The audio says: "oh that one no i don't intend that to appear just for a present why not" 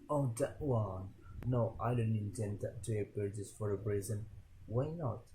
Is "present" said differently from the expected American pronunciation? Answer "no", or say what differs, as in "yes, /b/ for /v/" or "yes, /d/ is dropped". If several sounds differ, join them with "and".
yes, /b/ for /p/